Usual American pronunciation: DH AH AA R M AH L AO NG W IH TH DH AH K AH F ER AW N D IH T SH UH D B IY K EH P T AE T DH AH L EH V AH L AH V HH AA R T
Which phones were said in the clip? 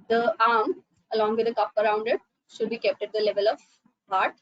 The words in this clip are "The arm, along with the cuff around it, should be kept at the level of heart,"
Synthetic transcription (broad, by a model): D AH AA R M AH L AO NG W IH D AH K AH P ER AW N D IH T SH UH D B IY K EH P T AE T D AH L EH V AH L AH V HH AA R T